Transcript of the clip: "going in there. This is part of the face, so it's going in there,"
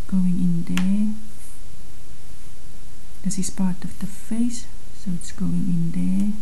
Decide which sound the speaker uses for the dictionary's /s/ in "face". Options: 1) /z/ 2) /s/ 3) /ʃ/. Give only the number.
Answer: 2